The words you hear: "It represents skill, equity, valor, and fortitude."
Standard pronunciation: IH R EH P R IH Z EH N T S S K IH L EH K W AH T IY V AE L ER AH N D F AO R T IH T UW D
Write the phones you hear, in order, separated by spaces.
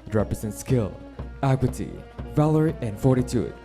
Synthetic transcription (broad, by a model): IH R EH P R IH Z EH N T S S K IH L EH K W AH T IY V AE L ER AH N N F AO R T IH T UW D